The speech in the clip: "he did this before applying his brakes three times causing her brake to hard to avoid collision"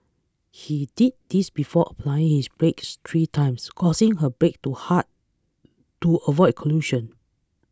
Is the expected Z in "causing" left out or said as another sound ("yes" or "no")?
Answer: yes